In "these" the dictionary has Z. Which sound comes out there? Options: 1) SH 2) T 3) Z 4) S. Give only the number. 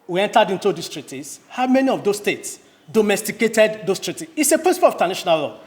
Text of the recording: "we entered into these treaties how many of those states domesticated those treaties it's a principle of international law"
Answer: 4